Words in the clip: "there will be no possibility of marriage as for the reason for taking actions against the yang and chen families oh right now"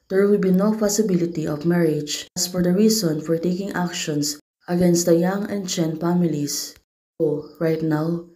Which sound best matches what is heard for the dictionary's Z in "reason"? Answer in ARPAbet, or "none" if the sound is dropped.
S